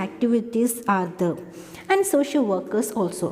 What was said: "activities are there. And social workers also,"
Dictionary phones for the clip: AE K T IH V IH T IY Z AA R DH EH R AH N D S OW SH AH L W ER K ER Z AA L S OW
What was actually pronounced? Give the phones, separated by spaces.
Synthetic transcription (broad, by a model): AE K T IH V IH T IY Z AA R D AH AH N D S OW SH AH L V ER K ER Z AA L S OW